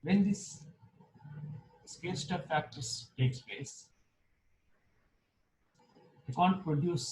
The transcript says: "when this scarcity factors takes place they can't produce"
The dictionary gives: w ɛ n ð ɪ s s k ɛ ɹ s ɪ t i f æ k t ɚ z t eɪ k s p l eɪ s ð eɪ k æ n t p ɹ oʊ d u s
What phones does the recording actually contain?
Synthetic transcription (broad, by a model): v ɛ n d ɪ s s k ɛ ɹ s t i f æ k t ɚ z t eɪ k s p l eɪ s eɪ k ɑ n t p ɹ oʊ d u s